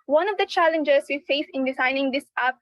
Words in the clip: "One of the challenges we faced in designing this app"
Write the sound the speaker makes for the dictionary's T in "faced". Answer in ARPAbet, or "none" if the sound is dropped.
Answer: none